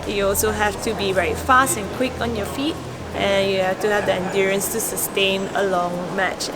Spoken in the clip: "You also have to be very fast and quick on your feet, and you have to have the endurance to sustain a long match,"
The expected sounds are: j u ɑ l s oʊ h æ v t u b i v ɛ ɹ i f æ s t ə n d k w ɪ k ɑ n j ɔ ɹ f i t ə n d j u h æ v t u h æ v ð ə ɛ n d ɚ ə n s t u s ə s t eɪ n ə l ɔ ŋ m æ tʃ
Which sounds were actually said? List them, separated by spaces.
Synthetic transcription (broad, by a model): j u ɑ l s oʊ h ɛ f t u b i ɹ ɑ i f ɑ s t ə n k w ɪ k ɑ n j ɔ f i t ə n j u h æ f t u h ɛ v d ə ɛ n d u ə n s t u s ə s t eɪ n ə l ɔ ŋ m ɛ tʃ